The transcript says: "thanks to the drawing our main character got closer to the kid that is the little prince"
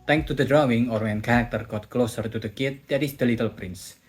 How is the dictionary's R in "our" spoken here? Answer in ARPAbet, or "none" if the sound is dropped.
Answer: R